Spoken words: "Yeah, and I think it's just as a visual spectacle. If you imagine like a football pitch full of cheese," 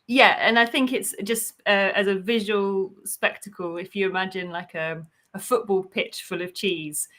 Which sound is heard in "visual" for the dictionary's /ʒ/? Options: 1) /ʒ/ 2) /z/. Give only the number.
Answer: 1